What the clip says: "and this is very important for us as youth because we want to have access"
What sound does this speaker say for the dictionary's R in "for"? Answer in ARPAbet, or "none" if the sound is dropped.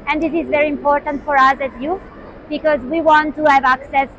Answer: R